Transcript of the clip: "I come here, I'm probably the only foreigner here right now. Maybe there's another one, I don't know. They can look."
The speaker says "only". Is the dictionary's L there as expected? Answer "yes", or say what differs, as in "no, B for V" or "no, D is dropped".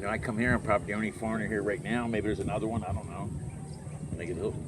no, L is dropped